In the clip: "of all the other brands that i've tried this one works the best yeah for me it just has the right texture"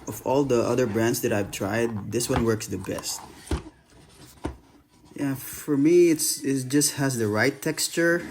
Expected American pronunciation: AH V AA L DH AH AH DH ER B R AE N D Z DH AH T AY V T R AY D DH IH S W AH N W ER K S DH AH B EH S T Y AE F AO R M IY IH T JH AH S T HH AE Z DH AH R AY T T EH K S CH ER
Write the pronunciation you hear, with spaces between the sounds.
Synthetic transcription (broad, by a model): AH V AA L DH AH AH DH ER B R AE N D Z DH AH T AY V T R AY D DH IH S W AH N W ER K S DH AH B EH S T Y AE F AO R M IY IH T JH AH S T HH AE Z DH AH R AY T T EH K S CH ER